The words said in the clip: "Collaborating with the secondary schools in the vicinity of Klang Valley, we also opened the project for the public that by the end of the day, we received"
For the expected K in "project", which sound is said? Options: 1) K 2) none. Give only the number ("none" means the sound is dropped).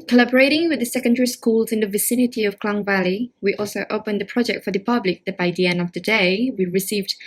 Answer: 1